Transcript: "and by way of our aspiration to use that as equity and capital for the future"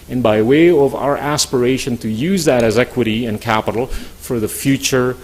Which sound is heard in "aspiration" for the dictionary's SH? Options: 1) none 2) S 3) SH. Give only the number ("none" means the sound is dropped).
3